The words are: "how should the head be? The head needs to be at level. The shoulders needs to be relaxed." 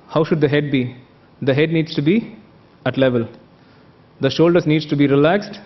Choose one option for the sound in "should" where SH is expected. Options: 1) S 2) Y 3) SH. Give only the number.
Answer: 3